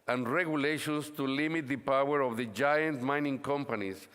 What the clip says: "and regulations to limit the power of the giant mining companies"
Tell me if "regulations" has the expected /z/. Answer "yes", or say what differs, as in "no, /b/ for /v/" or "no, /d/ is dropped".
no, /s/ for /z/